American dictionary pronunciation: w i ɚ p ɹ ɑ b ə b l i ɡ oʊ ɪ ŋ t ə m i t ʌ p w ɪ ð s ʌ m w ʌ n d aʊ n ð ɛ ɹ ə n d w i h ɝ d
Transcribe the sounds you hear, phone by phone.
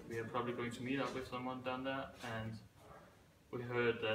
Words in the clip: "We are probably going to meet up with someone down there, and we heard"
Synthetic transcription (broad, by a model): w i ɚ p ɹ ɑ b ə b l i ɡ oʊ ɪ ŋ t ə m i t ʌ p w ɪ ð s ʌ m w ʌ n d aʊ n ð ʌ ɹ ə n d w i h ɝ d